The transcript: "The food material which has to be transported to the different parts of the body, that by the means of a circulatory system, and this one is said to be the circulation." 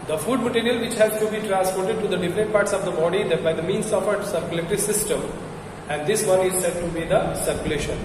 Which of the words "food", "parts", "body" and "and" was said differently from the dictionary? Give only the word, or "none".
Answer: none